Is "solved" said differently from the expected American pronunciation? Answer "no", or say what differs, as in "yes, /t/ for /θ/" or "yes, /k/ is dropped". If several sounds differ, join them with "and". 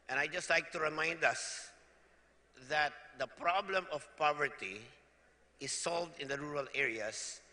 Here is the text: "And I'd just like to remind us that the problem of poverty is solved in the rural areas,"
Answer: no